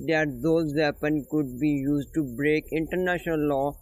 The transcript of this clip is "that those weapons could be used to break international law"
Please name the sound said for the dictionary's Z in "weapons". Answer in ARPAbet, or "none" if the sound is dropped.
none